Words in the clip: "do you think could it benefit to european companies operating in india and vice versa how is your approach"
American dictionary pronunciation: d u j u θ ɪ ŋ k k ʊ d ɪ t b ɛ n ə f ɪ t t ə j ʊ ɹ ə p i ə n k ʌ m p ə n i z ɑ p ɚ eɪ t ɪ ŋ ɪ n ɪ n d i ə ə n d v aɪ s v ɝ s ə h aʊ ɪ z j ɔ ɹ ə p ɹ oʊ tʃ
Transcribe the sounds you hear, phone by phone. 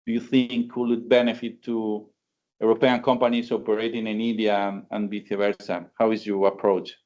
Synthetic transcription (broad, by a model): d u j u θ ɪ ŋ k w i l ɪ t b ɛ n ə f ɪ t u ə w ɹ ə p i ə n k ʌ m p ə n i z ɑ p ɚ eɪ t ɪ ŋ ɪ n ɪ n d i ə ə n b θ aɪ v ɝ s ə h aʊ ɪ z j ɔ ɹ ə p ɹ oʊ tʃ